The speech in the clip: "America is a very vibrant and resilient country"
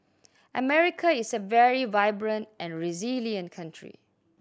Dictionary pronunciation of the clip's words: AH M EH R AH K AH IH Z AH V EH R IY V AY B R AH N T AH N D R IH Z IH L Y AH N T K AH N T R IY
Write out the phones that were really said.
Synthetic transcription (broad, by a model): AH M EH R AH K AH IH S AH V EH R IY V AY B R AH N T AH N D R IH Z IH L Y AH N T K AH N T R IY